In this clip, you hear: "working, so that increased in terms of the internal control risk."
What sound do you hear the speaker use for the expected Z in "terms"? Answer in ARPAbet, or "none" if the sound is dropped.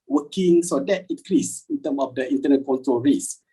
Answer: none